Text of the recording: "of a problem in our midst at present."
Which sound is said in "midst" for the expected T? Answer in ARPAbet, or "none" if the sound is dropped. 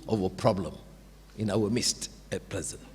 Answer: T